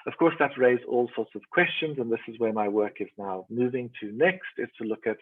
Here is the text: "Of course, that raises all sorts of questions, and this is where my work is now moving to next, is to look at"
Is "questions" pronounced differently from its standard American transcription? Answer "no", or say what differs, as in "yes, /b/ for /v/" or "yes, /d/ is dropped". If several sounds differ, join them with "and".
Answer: no